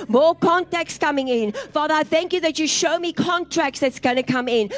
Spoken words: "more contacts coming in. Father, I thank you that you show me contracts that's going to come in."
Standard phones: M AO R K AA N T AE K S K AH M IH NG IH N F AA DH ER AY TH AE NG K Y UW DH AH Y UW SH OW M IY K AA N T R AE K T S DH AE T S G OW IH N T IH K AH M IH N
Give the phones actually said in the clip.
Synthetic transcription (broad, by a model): M AO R K AA N T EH K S K AH M IH NG IH N F AA DH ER AY TH AE NG K Y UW DH AH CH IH SH OW M IY K AA N T R AE K T S DH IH T S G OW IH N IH K AH M IH N